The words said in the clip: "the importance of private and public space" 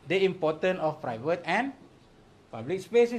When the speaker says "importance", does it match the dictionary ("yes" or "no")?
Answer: no